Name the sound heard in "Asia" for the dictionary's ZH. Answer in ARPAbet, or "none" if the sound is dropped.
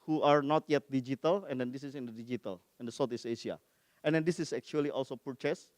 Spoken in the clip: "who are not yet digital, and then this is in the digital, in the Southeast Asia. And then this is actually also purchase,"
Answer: S